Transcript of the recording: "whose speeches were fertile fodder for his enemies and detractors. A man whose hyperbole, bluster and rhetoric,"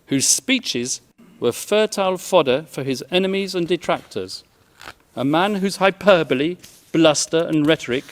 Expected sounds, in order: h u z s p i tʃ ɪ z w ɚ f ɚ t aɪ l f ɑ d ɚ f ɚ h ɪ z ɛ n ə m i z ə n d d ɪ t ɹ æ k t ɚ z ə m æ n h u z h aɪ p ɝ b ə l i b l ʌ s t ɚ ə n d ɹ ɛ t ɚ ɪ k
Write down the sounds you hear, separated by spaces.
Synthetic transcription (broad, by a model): h u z s p i tʃ ɪ z w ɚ f ɚ t aɪ l f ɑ d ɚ f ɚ ɪ z ɛ n ə m i z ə n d d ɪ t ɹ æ k t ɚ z ə m æ n h u z h aɪ p ɝ b ə l i b l ʌ s t ɚ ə n ɹ ɛ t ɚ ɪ k